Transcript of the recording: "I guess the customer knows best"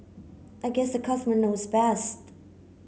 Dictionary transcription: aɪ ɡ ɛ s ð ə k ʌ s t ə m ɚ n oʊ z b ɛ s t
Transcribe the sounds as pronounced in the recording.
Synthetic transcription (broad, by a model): aɪ ɡ ɛ s ð ə k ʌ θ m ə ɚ n oʊ z b ɛ s t